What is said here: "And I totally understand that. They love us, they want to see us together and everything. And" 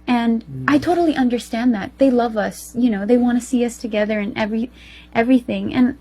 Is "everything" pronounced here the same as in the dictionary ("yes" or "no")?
yes